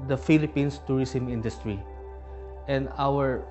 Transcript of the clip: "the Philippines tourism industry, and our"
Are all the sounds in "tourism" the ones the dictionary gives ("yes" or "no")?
no